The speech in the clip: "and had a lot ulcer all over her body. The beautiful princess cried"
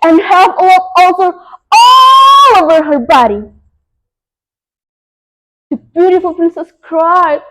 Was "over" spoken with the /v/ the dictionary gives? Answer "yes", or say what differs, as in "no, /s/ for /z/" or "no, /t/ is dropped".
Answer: yes